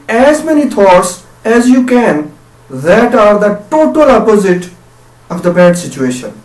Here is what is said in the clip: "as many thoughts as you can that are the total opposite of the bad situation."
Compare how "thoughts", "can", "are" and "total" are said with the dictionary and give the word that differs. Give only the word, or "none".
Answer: thoughts